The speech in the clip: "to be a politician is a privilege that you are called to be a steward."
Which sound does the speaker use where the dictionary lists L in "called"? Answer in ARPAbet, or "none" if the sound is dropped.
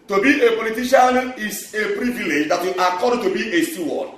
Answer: none